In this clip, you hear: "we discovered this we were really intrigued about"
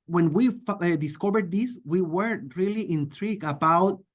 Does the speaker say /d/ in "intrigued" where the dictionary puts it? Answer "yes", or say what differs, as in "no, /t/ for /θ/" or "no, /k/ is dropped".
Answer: no, /d/ is dropped